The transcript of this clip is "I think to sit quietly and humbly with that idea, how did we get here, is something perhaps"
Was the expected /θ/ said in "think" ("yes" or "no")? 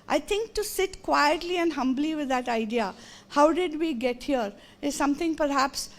no